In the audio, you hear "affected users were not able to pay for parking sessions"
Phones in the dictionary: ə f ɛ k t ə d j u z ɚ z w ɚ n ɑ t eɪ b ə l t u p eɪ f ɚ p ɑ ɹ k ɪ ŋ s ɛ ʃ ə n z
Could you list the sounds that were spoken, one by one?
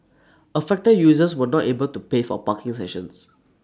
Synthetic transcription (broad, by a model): ə f ɛ k t ə d j u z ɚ s w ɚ n ɑ t eɪ b ə l t u p eɪ f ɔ p ɑ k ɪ ŋ s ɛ ʃ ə n s